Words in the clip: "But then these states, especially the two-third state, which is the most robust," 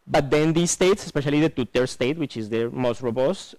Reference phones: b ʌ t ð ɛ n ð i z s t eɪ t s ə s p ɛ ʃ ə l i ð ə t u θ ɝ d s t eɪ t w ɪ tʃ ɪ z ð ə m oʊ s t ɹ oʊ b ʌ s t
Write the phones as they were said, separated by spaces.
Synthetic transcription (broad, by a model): b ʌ t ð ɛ n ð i s t eɪ t s ə s p ɛ ʃ ə l i ð ə t u t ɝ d s t eɪ t w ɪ tʃ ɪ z ð ə m oʊ s t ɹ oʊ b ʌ s t